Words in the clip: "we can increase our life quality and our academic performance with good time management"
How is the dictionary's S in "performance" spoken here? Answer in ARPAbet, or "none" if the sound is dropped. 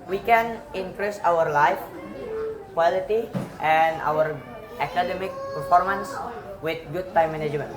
S